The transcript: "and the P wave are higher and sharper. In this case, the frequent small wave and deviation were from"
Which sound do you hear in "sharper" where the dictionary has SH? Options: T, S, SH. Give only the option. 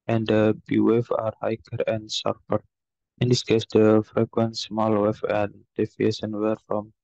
S